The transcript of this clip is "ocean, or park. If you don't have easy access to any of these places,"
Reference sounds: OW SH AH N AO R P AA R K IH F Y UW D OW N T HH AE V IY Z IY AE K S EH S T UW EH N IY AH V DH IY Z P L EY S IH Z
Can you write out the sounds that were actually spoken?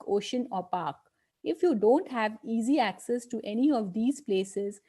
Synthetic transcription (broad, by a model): OW SH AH N AO R P AA R K IH F Y UW D OW N T HH AE V IY Z IY AE K S EH S T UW EH N IY AH V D IY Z P L EY S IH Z